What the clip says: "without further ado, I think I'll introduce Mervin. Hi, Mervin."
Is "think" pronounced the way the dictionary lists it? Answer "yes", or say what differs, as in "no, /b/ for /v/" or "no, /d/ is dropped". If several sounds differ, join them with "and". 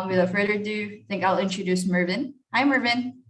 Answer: yes